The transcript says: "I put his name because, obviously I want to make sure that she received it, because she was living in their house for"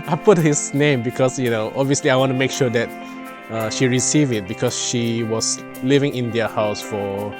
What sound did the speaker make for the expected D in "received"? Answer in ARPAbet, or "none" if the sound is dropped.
none